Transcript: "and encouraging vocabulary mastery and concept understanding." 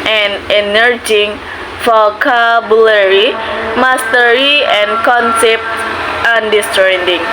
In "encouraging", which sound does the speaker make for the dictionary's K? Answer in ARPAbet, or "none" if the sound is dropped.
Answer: none